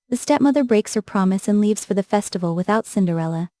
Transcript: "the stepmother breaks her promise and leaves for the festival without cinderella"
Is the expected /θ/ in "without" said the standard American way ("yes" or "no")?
yes